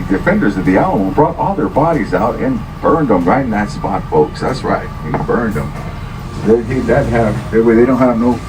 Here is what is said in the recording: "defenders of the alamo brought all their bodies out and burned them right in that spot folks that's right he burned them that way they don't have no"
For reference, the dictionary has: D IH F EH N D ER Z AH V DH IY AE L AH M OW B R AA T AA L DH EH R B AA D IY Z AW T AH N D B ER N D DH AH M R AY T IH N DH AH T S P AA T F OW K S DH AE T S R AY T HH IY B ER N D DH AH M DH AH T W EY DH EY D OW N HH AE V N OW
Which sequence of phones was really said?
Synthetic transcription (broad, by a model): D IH F EH N D ER Z AH V DH IY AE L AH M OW B R AA T AA L DH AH R B AA D IY Z AW T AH N B ER N D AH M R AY IH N DH AH T S P AA T F OW K S DH AE T S R AY T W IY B ER N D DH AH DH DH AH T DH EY DH EY D OW N HH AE V N OW